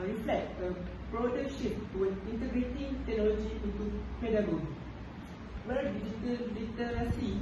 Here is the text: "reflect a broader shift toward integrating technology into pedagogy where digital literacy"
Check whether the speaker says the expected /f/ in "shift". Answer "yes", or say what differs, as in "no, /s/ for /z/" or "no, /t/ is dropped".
no, /p/ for /f/